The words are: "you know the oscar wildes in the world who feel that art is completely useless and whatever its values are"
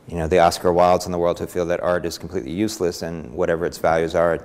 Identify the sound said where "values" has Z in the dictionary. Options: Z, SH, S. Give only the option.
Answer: Z